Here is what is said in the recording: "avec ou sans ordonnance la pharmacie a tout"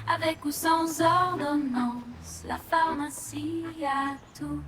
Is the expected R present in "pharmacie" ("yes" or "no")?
no